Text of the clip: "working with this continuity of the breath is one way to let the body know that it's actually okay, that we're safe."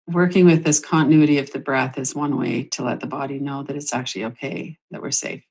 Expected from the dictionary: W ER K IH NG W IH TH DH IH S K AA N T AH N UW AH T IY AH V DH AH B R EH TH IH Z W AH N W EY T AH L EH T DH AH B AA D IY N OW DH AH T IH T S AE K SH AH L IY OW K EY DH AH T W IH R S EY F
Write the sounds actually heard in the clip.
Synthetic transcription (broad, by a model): W ER K IH NG W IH DH IH S K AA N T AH N UW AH T IY AH V DH AH B R EH TH IH Z W AH N W EY T AH L EH T DH AH B AA D IY N OW DH AH T IH T S AE K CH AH L IY OW K EY DH AH T W IH R S EY F